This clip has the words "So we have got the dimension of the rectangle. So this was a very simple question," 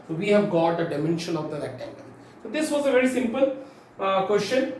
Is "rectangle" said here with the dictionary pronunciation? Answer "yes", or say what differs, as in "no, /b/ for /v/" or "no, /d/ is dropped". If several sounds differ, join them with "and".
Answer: no, /n/ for /l/